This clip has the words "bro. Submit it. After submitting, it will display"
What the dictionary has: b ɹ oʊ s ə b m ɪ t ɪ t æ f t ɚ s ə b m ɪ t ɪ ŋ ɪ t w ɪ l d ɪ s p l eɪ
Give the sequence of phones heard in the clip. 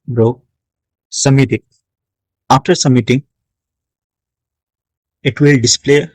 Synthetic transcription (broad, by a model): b ɹ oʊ s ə m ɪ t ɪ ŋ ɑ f t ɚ s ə m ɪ t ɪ ŋ ɪ t w ɪ l d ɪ s p l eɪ